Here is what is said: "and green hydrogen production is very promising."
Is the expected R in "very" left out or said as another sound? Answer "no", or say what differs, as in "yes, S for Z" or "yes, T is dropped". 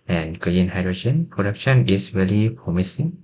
yes, L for R